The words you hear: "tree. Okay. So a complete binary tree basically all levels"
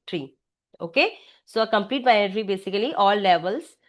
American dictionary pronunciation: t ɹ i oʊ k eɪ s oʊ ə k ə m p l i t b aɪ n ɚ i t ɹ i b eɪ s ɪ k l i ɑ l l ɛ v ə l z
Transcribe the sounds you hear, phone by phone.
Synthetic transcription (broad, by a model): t ɹ i oʊ k eɪ s oʊ ə k ə m p l i t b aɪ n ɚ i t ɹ i b eɪ s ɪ k l i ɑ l l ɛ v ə l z